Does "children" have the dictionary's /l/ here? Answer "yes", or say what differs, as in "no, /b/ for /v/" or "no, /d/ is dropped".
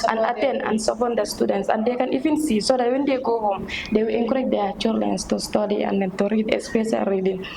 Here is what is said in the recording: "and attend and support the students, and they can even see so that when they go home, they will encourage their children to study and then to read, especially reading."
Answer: no, /l/ is dropped